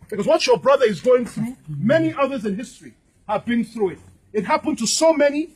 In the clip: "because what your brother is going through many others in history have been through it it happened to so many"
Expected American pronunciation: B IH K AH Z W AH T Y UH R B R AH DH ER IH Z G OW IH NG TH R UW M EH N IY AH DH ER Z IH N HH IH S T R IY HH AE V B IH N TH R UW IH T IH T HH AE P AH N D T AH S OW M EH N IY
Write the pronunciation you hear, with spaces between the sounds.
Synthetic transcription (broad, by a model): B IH K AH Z W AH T Y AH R B R AH DH ER IH Z G OW IH NG TH R UW M EH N IY AH DH ER Z IH N HH IH S T R IY HH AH V B IH N TH R UW IH T IH T HH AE P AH N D T AH S OW M EH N IY